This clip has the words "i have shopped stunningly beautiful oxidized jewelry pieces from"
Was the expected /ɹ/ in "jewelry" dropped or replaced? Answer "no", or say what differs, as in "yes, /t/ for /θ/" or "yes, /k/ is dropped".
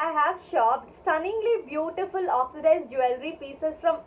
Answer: no